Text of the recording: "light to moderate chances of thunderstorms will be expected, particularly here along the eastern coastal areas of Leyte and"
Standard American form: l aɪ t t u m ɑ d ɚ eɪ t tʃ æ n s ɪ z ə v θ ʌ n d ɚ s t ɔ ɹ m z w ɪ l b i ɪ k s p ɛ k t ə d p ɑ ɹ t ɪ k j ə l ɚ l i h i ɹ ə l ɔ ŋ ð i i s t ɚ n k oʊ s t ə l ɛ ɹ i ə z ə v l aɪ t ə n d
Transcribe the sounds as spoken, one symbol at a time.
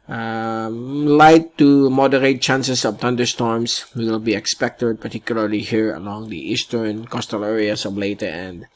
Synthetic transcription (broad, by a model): l aɪ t t u m ɑ d ɚ eɪ t tʃ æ n s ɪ s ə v t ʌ n d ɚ s t ɔ ɹ m s w ɪ l b i ɪ k s p ɛ k t ə d p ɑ ɹ t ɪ k j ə l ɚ l i h i ɹ ə l ɔ ŋ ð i i s t ɚ n k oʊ s t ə l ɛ ɹ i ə s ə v l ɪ t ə n d